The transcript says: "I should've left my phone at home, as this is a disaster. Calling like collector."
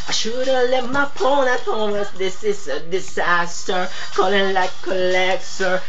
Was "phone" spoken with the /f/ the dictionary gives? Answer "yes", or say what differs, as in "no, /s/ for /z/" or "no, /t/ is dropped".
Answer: no, /p/ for /f/